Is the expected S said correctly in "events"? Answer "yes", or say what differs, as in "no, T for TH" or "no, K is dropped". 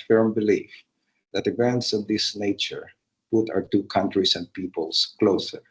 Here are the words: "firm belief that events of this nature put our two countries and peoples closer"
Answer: yes